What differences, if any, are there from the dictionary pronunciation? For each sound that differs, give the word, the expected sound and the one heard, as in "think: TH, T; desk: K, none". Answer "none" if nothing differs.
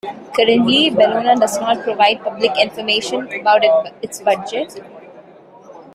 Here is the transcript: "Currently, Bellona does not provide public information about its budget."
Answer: none